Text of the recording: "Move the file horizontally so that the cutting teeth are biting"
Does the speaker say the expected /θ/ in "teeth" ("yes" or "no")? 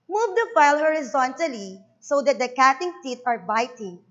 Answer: no